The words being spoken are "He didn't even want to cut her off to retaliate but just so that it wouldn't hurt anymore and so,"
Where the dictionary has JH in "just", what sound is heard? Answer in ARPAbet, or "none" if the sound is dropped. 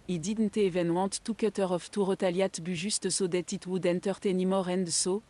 ZH